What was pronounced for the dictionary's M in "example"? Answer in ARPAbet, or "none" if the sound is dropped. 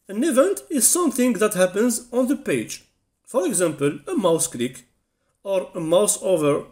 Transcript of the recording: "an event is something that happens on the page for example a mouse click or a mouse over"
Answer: M